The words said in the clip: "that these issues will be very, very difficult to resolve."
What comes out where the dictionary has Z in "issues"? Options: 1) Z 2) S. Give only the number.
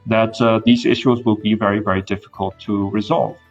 1